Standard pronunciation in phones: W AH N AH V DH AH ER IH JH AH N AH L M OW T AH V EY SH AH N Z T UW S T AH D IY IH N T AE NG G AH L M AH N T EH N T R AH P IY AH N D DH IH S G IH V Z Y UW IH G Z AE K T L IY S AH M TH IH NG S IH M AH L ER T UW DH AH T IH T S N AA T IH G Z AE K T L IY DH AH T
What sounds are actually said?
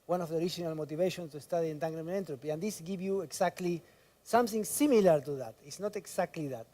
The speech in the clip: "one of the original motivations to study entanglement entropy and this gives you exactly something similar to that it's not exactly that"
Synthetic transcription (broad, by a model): W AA N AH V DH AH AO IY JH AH N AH L M OW T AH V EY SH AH N S T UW S T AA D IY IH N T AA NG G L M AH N EH N T R AH P IY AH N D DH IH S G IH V Y UW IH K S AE K T L IY S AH M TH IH NG S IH M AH L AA T UW DH AH T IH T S N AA T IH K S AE K T L IY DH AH T